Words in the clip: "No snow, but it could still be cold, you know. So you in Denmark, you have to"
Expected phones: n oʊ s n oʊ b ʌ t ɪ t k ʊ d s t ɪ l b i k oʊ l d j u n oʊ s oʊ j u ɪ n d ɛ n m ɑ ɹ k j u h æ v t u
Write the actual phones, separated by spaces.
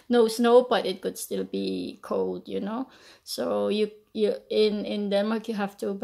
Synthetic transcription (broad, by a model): n oʊ s n oʊ b ʌ t ɪ t k ʊ d s t ɪ l b i k oʊ l d j u n oʊ s oʊ j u ɪ n d ɛ n m ɑ ɹ k j u h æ f t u